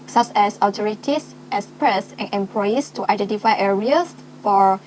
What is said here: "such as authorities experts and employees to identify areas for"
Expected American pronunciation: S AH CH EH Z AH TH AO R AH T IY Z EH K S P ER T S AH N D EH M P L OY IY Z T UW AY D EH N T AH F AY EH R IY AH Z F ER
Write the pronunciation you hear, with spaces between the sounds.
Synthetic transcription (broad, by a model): S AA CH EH S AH T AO R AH T IY S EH S P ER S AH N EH M P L OY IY S T UW AY D EH N T AH F AY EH R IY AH S F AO